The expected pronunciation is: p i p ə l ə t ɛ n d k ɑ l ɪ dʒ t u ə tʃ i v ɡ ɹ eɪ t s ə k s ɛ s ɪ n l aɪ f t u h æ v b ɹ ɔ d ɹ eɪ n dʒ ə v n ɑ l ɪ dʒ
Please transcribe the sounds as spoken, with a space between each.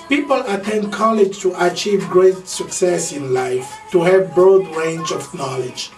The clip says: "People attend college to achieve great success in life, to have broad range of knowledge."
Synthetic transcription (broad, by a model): p i p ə l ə t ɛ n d k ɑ l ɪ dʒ t u ə tʃ i v ɡ ɹ eɪ t s ə k s ɛ s ɪ n l aɪ f t u h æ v b ɹ ɔ d ɹ eɪ n dʒ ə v n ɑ l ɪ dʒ